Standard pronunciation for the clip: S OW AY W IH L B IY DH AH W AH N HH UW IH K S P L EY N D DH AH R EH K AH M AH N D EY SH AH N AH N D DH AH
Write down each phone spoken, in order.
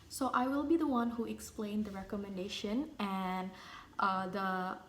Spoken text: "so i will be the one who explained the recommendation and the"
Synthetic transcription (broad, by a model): S OW AY W IH L B IY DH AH W AH N HH UW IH K S P L EY N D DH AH R EH K AH M AH N D EY SH AH N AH N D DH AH